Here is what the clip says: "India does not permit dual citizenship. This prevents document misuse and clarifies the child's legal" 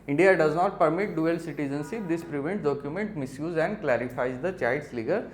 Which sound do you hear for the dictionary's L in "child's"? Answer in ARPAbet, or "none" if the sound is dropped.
none